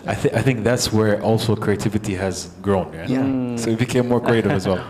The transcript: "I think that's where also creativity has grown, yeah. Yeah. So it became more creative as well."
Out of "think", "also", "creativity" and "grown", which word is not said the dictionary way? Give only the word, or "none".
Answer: none